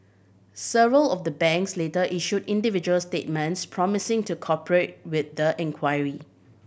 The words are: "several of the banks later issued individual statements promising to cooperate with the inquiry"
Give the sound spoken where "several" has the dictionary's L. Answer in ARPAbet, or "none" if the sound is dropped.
L